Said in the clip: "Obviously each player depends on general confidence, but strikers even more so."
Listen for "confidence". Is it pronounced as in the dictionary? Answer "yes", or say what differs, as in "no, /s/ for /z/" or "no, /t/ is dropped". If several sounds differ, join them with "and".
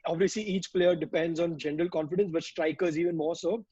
yes